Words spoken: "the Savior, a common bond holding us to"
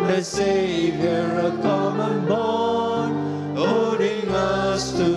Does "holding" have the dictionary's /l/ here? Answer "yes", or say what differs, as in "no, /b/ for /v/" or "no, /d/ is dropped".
no, /l/ is dropped